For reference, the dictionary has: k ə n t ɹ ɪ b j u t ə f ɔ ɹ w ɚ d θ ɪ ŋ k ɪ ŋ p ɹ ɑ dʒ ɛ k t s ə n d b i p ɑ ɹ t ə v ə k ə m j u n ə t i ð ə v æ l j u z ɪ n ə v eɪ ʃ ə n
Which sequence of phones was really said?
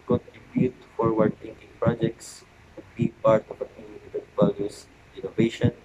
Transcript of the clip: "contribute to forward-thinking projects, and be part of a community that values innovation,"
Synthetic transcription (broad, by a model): k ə n t ɹ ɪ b j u t f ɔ ɹ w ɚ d t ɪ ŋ k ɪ ŋ p ɹ ɑ dʒ ɛ k t s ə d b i p ɑ ɹ t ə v ə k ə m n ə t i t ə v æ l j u s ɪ n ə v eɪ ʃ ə n